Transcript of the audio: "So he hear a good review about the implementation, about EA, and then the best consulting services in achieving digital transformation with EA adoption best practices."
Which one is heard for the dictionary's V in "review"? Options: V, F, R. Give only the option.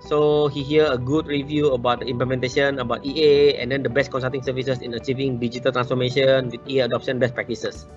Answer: V